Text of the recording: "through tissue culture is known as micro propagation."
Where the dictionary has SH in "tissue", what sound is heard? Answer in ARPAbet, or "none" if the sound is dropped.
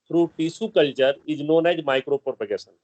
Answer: S